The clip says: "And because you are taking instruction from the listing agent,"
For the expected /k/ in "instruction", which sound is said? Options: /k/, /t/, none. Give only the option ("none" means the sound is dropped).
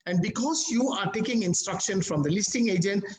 /k/